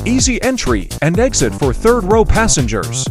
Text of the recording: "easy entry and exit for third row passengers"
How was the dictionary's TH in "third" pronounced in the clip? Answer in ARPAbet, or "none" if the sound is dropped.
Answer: TH